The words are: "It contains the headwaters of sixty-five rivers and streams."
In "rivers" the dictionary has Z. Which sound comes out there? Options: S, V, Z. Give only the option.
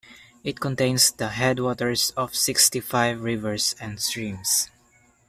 S